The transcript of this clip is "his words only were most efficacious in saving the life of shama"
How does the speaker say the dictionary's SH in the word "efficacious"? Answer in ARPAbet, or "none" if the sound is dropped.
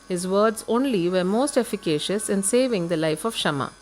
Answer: SH